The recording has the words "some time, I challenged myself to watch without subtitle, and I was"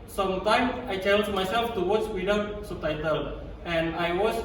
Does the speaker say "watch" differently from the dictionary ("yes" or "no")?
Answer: yes